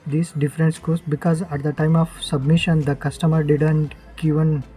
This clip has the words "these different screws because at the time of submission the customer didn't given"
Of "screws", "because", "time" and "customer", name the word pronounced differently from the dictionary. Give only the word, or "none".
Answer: screws